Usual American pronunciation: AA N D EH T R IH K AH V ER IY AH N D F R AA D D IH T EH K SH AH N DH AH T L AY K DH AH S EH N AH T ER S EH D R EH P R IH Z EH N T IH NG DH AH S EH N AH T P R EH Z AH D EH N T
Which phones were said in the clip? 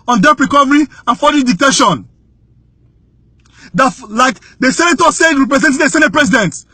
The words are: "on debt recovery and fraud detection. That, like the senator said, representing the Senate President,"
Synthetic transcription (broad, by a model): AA N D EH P R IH K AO V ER IY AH N F AA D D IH T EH SH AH N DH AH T L AY K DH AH S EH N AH T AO S EH D R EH P R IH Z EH N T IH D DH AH S EH N AH T P R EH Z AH D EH N T